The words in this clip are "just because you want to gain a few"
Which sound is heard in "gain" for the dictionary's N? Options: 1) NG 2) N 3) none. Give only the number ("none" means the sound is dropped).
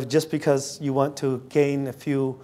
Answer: 2